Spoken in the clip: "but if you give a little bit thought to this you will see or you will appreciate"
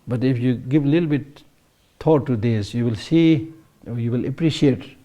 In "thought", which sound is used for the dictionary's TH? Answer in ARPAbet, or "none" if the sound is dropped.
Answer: T